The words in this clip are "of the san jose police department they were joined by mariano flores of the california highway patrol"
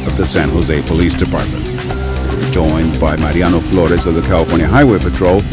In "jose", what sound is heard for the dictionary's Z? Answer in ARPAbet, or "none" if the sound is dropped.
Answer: Z